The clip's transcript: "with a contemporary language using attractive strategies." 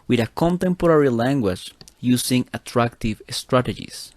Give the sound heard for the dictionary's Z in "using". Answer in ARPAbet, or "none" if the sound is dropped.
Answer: S